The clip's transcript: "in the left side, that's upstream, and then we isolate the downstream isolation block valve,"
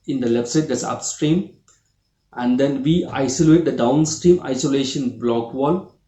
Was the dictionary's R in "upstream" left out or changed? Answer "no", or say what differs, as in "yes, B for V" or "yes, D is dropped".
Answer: no